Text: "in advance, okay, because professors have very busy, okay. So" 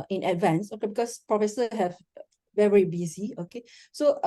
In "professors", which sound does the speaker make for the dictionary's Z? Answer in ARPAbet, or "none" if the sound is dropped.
none